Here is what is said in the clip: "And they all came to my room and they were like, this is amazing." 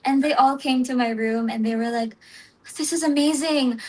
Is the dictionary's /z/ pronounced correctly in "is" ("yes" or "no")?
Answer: yes